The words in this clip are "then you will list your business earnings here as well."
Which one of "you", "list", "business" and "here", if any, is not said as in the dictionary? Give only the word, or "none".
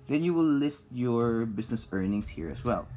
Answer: business